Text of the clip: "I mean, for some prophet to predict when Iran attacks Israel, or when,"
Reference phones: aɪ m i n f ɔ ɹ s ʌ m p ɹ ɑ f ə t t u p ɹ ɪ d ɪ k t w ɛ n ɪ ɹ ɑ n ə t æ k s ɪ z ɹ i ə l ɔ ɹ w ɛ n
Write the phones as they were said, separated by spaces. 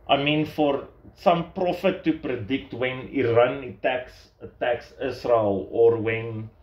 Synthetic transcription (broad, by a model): aɪ m i n f ɔ ɹ s ʌ m p ɹ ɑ f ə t t u p ɹ ɪ d ɪ k t w ɛ n ɪ ɹ ɑ n ə t æ k s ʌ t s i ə l ɔ ɹ w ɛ n